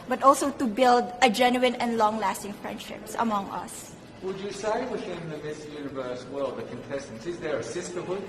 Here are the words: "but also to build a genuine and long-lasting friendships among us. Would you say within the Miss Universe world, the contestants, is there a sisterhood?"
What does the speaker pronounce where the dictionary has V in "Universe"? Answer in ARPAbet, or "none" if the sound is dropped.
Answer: V